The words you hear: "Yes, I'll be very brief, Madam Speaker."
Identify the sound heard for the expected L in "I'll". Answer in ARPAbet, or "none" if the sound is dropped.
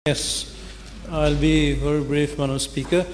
L